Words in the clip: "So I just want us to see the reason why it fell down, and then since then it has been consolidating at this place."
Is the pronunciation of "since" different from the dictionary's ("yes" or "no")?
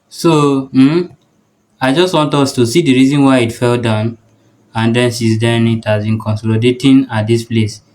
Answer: yes